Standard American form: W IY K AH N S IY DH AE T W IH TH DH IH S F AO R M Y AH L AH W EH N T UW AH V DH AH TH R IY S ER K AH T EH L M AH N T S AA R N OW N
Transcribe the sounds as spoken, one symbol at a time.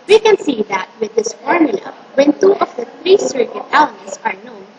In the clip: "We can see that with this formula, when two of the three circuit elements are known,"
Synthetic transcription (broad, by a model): W IY K AH N S IY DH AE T W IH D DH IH S F AO R M Y AH L AH W EH N T UW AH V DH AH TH R IY S ER K AH T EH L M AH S AA R N OW N